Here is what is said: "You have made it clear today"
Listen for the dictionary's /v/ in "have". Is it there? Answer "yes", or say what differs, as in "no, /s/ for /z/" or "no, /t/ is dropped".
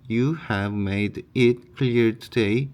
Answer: yes